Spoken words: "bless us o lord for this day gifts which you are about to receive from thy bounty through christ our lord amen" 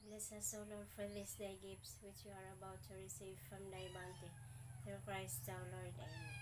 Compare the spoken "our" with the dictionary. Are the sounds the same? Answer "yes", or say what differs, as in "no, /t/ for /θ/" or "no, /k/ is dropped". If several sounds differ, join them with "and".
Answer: no, /w/ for /ɹ/